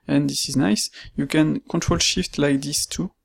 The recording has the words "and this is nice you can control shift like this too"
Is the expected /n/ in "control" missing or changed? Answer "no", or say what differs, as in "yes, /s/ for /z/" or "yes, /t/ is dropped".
no